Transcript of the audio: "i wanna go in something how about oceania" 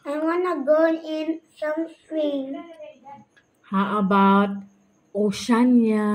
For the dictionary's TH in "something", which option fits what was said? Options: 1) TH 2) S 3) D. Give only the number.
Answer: 2